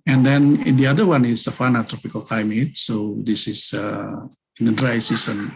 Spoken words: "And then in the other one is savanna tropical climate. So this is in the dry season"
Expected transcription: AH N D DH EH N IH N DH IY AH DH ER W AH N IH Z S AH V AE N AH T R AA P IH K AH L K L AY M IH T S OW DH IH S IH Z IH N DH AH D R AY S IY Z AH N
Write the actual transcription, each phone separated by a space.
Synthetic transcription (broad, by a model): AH N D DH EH N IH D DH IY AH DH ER W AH N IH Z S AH F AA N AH T R AA P IH K AH L K L AY M IH T S OW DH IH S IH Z IH N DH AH D R AY S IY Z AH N